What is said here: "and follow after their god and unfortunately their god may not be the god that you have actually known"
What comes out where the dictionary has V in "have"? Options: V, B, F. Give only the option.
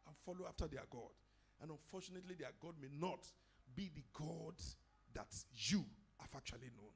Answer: F